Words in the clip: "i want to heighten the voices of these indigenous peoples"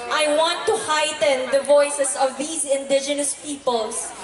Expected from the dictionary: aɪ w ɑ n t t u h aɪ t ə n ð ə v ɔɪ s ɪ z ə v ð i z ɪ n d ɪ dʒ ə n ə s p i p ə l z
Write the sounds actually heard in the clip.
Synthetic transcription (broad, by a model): aɪ w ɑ n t t u h aɪ t ə n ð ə v ɔɪ s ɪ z ə v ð i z ɪ n d ɪ dʒ ə n ə s p i p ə l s